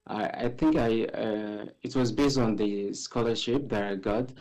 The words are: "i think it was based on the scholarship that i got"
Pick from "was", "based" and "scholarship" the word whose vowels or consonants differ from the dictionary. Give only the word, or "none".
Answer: none